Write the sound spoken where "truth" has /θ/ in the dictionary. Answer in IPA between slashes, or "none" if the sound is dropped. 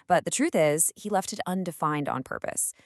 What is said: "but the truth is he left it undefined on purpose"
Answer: /θ/